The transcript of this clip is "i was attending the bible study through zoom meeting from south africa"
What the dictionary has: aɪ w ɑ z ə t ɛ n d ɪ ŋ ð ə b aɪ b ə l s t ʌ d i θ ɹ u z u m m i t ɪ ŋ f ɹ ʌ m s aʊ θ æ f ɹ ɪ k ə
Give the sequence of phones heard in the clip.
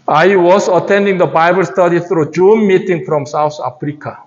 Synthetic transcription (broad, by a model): aɪ w ɑ s ə t ɛ n d ɪ ŋ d ə b aɪ b ə l s t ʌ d i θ ɹ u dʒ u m m i t ɪ ŋ f ɹ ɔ m s aʊ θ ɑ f ɹ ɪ k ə